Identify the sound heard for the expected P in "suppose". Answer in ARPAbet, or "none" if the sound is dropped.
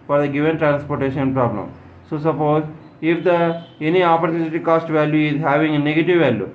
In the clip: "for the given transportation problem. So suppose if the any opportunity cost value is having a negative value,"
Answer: P